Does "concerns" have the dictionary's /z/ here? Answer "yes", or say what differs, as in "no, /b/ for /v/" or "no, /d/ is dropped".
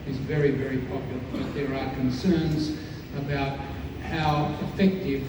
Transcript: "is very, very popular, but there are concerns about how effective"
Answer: yes